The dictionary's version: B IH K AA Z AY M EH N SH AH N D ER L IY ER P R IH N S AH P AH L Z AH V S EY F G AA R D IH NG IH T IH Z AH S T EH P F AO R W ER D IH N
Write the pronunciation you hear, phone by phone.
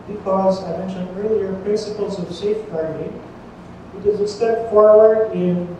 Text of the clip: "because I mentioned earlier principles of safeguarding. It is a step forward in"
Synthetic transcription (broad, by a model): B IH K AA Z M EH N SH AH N ER L IY ER P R IH N S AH P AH L Z AH V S EY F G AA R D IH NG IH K IH Z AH S T EH P F AO R W ER D IH N